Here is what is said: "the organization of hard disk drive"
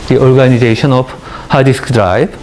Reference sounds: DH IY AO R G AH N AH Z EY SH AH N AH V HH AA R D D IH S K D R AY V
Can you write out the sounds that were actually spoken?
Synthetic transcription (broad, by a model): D IY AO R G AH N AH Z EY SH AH N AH B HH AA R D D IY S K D R AY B